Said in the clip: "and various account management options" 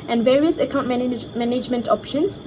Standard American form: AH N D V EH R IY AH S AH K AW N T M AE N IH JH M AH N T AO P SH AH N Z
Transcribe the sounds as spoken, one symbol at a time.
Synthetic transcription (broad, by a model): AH N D V EH R IY AH S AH K AW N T M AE N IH JH M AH N T AO P SH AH N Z